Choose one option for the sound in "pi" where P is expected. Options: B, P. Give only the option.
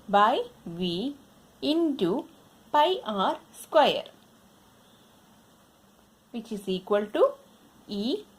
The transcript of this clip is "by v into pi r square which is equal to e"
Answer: P